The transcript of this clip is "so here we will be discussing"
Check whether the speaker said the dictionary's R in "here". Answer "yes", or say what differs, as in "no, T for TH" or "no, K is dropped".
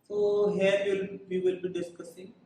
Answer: no, L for R